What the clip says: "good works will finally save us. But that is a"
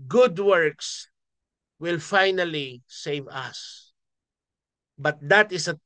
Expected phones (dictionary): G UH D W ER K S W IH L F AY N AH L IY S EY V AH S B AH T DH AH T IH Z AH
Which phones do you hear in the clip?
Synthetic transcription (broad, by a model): G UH D W ER K S W IH L F AY N AH L IY S EY V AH S B AH T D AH T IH S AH